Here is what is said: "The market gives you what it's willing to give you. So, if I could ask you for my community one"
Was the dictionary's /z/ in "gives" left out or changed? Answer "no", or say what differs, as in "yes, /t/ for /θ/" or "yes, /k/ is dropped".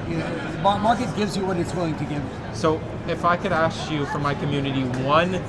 no